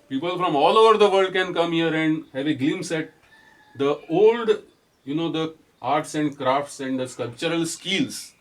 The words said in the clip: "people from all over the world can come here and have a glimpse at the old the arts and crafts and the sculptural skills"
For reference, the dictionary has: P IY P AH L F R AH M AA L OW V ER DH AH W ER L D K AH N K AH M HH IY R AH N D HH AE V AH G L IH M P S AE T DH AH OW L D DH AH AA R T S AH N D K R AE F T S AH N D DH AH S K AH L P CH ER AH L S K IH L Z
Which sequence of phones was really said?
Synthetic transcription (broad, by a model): P IY P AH L F R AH M AA L OW V ER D AH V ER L D K AH N K AH M HH IY R AH N D HH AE V AH G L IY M S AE T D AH OW L D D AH AA R T S AH N D K R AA F T S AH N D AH S K AH L P CH ER AH L S K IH L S